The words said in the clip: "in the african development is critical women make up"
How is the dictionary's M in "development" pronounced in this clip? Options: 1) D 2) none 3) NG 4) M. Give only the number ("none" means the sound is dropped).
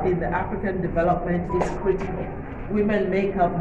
4